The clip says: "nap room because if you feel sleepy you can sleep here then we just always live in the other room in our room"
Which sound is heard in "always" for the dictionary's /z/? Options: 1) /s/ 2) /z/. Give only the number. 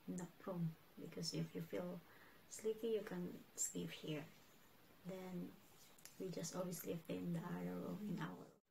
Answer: 1